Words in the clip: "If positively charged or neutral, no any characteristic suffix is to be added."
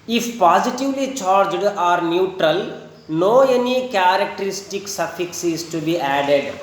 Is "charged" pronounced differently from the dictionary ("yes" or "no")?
no